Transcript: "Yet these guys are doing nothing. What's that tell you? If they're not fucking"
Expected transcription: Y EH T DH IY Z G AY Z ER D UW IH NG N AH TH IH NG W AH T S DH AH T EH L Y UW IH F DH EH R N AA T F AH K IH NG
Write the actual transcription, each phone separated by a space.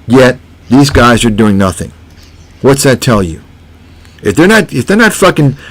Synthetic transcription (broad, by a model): Y EH T DH IY Z G AY Z ER D UW IH NG N AH TH IH NG W AH T S DH AH T EH L Y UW IH F DH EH R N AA T F AH K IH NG